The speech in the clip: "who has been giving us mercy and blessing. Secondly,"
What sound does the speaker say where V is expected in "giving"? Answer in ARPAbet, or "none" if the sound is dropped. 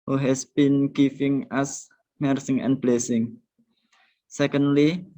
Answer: F